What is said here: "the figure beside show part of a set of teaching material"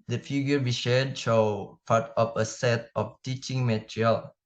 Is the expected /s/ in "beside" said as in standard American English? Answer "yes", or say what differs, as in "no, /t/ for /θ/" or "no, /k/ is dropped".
no, /ʃ/ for /s/